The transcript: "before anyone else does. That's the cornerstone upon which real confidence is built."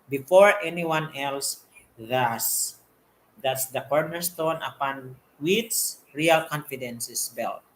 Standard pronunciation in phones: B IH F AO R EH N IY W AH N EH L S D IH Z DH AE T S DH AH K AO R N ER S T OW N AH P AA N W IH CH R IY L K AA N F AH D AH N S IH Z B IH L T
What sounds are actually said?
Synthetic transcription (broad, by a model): B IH F AO R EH N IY W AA N EH L S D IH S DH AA T S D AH K AO R N ER S T OW N AH P AA N W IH S R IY L K AA N F AH D AH N S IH S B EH L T